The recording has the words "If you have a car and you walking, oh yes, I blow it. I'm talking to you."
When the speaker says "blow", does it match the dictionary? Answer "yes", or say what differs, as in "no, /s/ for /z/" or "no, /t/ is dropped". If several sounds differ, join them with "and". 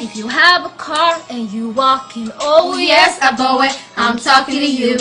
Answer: no, /l/ is dropped